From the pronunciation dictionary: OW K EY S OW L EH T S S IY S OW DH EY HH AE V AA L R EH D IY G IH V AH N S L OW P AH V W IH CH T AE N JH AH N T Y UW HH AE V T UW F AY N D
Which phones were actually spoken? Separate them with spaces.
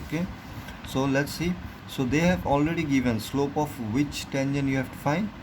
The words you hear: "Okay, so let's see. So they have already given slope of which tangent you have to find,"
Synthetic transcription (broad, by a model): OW K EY S OW L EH T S S IY S OW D EY HH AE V AA L R EH D IY G IH V AH N S L OW P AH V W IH CH T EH N SH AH N Y UW HH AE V T UW F AY N D